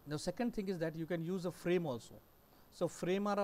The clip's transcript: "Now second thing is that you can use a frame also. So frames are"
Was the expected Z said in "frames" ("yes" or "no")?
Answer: no